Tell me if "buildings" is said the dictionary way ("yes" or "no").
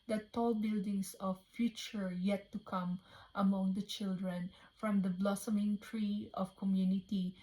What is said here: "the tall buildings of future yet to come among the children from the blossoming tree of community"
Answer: no